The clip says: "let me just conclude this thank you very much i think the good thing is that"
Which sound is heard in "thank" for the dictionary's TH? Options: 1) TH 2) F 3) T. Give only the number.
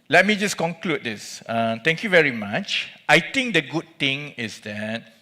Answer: 3